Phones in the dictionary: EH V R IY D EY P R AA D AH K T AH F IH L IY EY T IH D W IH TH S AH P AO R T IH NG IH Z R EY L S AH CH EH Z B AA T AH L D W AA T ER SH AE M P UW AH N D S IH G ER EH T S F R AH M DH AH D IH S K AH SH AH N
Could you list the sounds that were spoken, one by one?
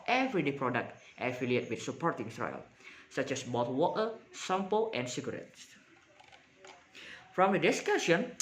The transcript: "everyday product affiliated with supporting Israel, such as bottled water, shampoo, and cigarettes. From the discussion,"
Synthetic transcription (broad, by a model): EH V R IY D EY P R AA D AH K T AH F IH L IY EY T W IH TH S AH P AO R T IH NG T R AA L S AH CH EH S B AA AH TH W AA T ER S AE M P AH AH N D S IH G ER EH T S F R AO M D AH D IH S K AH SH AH N